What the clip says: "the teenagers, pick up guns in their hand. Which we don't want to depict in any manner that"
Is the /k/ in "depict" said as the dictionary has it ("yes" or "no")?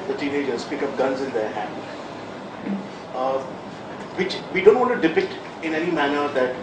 no